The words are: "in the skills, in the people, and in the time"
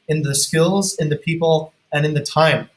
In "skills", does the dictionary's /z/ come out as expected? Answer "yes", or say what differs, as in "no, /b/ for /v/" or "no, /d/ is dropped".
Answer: yes